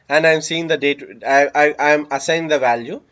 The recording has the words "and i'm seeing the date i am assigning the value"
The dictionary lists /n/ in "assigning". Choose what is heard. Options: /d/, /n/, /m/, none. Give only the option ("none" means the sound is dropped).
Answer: none